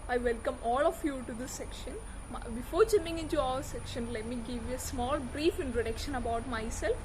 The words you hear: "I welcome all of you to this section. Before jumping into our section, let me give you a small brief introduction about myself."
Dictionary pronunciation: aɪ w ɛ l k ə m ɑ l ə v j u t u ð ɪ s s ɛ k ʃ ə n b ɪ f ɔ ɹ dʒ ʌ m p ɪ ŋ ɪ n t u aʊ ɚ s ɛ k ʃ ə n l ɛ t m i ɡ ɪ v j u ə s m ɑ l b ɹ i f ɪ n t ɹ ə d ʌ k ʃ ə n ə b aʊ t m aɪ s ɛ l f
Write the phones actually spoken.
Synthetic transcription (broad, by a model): aɪ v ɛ l k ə m ɑ l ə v j u t u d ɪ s s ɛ k ʃ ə n b ɪ f ɔ ɹ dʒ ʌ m ɪ ŋ ɪ n t u aʊ ɚ s ɛ k ʃ ə n l ɛ t m i ɡ ɪ v j u ə s m ɑ l b ɹ i f ɪ n t ɹ ə d ʌ k ʃ ə n ə b aʊ t m aɪ s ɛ l f